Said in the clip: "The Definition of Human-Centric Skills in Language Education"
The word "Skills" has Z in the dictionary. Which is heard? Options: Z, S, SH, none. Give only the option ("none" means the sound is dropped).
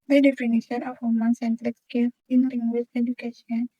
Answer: none